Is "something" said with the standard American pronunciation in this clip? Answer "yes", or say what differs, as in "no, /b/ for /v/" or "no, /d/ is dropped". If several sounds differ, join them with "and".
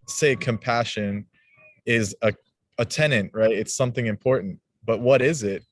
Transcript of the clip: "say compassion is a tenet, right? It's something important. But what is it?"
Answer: yes